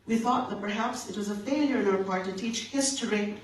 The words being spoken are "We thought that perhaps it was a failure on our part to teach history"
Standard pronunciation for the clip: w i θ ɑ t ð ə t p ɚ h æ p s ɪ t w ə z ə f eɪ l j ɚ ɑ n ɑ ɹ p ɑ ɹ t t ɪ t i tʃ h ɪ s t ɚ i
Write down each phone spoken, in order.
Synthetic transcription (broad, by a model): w i θ ɑ t ð ə t p ɚ h æ p s ɪ t w ə z ə f eɪ l j ɚ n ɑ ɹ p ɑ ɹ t t ɪ t i tʃ h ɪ s t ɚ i